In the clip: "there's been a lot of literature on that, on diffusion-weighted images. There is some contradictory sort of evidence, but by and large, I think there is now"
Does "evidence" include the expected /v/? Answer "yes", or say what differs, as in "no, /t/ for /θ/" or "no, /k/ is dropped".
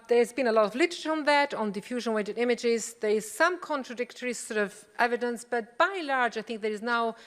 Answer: yes